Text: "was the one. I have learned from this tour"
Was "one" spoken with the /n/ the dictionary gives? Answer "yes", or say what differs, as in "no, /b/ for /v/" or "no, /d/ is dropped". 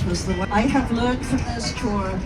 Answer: no, /n/ is dropped